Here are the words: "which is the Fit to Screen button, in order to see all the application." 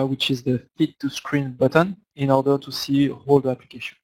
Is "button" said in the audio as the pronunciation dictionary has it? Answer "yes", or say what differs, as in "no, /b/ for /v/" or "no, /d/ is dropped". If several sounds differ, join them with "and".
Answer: yes